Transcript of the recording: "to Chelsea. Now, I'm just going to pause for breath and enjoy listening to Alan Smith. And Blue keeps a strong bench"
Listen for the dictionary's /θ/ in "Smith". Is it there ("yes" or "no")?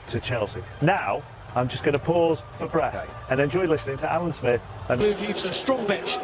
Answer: yes